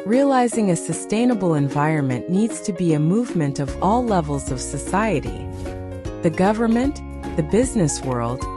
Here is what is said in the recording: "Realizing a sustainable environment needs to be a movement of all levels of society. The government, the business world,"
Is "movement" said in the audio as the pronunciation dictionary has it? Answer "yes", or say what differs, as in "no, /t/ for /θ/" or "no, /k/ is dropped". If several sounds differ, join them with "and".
yes